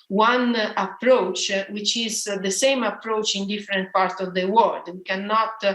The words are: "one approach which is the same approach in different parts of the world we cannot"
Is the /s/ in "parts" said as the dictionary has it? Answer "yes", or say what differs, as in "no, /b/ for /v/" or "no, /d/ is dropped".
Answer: yes